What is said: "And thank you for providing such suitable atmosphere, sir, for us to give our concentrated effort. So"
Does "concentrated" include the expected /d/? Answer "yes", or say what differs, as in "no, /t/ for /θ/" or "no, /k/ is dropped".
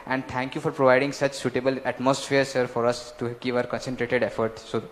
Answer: yes